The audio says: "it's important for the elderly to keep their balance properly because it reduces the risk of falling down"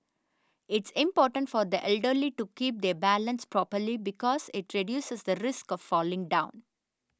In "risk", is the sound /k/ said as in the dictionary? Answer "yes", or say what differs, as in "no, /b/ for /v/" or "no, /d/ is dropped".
yes